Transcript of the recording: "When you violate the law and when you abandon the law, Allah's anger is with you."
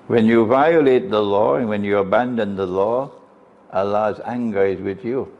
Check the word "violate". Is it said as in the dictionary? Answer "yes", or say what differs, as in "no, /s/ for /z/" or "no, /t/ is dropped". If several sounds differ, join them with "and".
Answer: yes